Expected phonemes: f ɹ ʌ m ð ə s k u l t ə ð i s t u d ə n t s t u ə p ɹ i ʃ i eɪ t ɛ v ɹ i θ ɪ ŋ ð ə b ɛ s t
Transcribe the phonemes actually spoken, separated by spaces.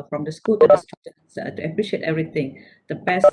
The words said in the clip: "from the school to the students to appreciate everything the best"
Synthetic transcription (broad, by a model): f ɹ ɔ m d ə s k u l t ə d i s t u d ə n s t u ə p ɹ i ʃ i eɪ t ɛ v ɹ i t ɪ ŋ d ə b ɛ s